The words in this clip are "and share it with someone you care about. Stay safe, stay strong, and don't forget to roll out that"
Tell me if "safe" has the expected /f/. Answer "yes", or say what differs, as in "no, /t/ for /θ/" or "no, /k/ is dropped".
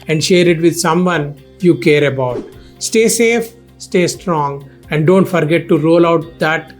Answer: yes